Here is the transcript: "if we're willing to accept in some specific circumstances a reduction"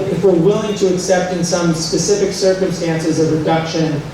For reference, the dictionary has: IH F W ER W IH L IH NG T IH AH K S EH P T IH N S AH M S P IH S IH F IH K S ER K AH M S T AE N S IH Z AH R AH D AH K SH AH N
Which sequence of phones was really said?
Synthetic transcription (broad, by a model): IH F W ER W IH L IH NG T IH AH K S EH P T IH N S AH M S P IH S IH F IH K S ER K AH M S T AE N S IH Z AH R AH D AH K SH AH N